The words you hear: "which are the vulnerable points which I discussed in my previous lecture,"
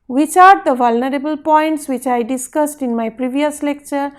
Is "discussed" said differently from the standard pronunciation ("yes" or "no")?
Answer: no